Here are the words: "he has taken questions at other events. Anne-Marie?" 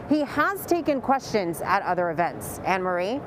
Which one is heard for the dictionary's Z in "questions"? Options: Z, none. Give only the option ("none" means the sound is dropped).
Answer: Z